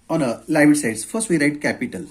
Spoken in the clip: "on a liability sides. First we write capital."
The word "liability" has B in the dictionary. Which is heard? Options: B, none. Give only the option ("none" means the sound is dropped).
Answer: none